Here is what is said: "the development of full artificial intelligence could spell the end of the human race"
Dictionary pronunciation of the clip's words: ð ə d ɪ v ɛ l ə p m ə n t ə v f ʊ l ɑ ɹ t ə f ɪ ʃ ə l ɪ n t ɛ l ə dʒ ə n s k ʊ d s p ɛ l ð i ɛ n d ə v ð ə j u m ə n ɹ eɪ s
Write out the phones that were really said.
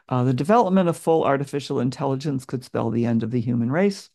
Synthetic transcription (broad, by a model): ð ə d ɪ v ɛ l ə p m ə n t ə v f ʊ l ɑ ɹ t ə f ɪ ʃ l ɪ n t ɛ l ə dʒ ə n s k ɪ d s p ɛ l ð i ɛ n d ə v ð ə j u m ə n ɹ eɪ s